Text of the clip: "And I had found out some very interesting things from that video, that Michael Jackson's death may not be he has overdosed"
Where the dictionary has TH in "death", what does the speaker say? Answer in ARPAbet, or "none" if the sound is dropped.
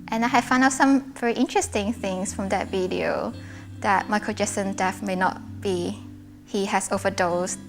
F